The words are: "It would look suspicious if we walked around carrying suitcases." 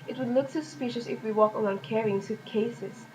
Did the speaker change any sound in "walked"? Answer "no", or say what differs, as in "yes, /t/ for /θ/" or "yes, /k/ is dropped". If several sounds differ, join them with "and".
yes, /t/ is dropped